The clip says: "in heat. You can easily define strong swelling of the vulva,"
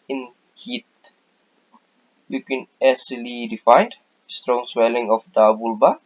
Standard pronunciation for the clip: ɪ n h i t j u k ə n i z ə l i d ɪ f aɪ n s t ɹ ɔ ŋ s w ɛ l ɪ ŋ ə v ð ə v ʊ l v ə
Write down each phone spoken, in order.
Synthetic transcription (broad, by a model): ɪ n h i t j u k ə n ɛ s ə l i d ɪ f aɪ n s t ɹ ɔ ŋ s w ɛ l ɪ ŋ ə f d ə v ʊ l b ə